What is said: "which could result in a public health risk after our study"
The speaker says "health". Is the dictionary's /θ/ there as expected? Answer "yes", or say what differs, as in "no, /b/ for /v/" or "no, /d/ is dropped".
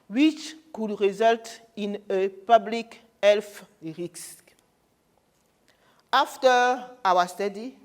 no, /f/ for /θ/